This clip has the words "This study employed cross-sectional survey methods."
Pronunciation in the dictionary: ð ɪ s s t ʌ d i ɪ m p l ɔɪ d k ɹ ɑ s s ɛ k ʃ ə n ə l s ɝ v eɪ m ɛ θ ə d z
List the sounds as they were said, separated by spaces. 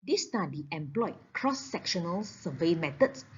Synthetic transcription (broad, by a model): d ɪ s s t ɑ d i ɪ m p l ɔɪ k ɹ ɑ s s ɛ k ʃ ə n ə l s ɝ v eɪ m ɛ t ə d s